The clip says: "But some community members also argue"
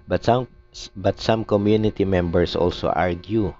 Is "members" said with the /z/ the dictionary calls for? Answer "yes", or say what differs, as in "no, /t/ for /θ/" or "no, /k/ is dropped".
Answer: no, /s/ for /z/